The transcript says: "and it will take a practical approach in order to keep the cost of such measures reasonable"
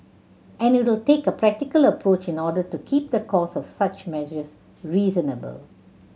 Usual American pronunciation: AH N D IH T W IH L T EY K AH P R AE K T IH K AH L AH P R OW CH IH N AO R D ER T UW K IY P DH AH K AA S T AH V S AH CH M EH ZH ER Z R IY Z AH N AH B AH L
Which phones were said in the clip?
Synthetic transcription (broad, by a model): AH N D IH T W IH L T EY K AH P R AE K T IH K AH L AH P R OW CH IH N AO D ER T UW K IY P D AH K AA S AH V S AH CH M EH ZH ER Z R IY Z AH N AH B AH L